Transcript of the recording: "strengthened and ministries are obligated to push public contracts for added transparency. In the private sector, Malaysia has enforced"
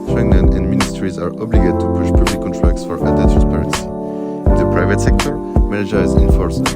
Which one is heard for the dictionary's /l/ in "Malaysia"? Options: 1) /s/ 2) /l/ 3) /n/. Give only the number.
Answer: 3